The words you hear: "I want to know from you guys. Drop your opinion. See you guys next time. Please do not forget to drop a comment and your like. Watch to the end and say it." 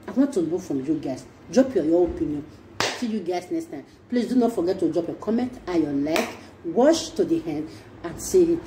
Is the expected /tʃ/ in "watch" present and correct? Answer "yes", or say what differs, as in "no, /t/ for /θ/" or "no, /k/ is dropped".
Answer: no, /ʃ/ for /tʃ/